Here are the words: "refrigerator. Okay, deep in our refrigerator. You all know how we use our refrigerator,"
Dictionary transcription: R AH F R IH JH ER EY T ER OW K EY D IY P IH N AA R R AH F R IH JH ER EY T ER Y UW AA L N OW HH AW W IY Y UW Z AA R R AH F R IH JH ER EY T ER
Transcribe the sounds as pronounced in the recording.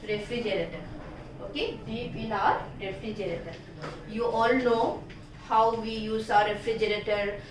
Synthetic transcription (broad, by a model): R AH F R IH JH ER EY T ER OW K EY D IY B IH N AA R R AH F R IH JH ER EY T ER Y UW AA L N OW HH AW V IY Y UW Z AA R R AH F R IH JH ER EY T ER